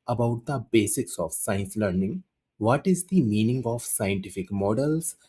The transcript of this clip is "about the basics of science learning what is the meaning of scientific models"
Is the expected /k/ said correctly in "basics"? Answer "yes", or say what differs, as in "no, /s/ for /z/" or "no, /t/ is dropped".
yes